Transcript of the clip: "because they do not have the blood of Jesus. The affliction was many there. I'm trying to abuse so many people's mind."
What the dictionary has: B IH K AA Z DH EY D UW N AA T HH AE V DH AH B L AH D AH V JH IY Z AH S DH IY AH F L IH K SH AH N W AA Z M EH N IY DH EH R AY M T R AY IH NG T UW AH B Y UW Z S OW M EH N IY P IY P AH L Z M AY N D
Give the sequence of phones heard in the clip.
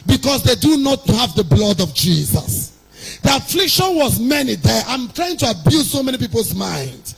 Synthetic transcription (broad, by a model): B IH K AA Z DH EY D UW N AA T HH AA V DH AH B L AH D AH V JH IY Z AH S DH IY AH F L IH K SH AH N W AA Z M EH N IY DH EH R AY M T R AY IH NG T UW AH B Y UW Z S OW M EH N IY P IY P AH L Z M AY N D